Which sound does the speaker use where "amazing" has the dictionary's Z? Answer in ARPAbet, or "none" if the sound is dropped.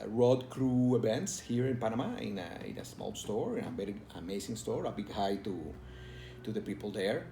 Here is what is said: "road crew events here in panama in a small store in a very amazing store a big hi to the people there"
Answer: S